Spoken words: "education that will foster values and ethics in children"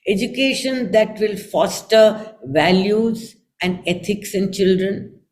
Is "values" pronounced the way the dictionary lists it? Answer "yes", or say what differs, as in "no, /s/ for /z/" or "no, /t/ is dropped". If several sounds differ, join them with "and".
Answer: yes